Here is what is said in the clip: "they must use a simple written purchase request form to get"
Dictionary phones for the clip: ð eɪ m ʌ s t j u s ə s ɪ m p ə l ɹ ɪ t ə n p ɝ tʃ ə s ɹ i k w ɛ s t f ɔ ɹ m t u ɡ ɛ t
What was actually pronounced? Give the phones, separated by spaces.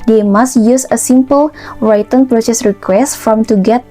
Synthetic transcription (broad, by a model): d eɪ m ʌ s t j u s ə s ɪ m p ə l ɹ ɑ t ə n p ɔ s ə s ɹ i k w ɛ s t f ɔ m t u ɡ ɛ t